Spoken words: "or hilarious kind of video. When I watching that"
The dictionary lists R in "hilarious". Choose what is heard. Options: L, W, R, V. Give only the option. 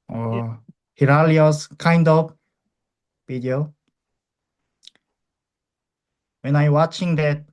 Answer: L